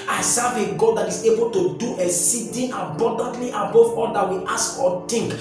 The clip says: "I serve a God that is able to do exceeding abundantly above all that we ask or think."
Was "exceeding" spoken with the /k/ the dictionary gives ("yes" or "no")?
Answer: no